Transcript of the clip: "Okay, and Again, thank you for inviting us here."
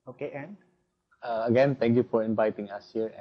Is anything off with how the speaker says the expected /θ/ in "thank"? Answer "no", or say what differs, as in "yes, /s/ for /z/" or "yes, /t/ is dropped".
yes, /t/ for /θ/